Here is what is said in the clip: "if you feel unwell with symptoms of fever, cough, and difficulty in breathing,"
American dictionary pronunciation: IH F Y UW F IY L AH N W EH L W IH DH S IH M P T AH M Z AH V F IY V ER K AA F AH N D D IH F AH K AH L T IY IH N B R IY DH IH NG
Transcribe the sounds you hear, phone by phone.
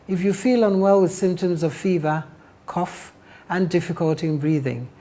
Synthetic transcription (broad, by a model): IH F Y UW F IY L AH N W EH L W IH DH S IH M P T AH M Z AH V F IY V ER K AA F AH N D D IH F AH K AH L T IY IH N B R IY DH IH NG